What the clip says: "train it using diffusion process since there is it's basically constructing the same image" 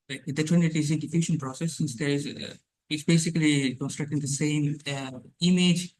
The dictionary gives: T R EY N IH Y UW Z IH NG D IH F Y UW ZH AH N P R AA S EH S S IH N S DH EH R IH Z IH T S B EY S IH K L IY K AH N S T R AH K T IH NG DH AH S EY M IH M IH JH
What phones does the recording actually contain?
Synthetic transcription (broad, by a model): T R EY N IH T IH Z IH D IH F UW SH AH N P R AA S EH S S IH N S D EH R IH Z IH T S B EY S IH K L IY K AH N S T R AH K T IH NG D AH S EY M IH M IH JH